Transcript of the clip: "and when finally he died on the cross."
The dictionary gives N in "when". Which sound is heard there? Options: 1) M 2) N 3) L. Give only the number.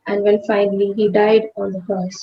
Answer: 3